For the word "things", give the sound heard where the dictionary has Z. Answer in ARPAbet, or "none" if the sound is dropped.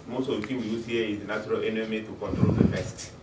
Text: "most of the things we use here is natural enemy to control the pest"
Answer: none